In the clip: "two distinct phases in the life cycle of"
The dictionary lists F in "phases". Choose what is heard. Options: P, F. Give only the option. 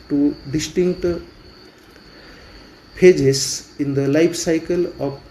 P